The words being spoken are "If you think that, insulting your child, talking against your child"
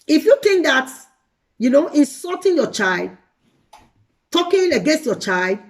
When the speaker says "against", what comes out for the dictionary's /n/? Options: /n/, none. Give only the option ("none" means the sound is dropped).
/n/